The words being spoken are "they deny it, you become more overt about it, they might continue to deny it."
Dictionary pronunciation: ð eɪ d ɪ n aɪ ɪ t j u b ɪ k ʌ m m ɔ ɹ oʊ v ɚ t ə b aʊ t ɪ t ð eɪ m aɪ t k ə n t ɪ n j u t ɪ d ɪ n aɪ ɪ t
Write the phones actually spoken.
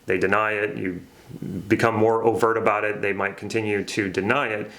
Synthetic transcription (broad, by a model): ð eɪ d ɪ n aɪ ɪ t j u b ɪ k ʌ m m ɔ ɹ oʊ v ɚ t ə b aʊ t ɪ t ð eɪ m aɪ t k n t ɪ n j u t ɪ d ɪ n aɪ ɪ t